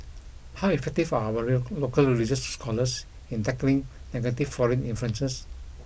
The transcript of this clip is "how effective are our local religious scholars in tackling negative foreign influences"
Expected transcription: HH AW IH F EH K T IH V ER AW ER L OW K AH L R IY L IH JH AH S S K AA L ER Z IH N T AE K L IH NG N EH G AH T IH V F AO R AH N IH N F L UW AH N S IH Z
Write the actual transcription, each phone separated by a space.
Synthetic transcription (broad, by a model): HH AW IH F EH K T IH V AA AW ER L OW K AH L R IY L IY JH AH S S K AA L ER S IH N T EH K L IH NG N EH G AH T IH F F AO R AH N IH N F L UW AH N S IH S